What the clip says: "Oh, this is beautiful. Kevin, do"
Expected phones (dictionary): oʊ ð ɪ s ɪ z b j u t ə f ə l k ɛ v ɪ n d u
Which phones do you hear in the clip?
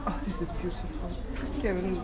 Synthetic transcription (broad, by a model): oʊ ð ɪ s ɪ z b j u t ə f ə l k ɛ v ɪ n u